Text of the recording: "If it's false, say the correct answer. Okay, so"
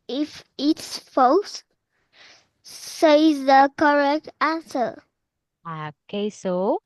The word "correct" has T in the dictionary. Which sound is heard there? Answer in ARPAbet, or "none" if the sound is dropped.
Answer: T